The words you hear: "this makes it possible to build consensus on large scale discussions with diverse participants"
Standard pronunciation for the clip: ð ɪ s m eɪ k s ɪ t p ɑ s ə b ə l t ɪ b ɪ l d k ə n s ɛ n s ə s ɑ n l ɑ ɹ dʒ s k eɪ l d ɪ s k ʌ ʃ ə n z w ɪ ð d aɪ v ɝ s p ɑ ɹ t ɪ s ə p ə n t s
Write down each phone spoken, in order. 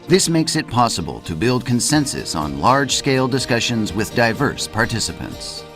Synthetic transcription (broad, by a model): ð ɪ s m eɪ k s ɪ t p ɑ s ə b ə l t ɪ b ɪ l d k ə n s ɛ n s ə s n l ɑ ɹ dʒ s k eɪ l d ɪ s k ʌ ʃ ə n z w ɪ ð d aɪ v ɝ s p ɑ ɹ t ɪ s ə p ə n t s